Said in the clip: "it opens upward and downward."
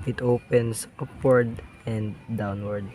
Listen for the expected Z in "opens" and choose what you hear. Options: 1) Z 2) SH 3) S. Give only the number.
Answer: 3